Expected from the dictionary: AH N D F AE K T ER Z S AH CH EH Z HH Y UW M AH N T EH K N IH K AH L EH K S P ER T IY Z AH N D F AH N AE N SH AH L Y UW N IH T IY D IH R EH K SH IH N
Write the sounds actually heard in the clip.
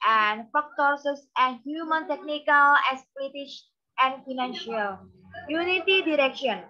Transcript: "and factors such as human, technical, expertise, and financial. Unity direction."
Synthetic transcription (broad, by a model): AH N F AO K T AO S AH S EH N HH Y UW M AH N T EH K N IH K AH L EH S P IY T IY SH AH N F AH N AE N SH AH L Y UW N IH T IY D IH R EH K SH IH N